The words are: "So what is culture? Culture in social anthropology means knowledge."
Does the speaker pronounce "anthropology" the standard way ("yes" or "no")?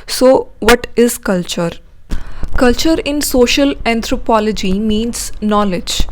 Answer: no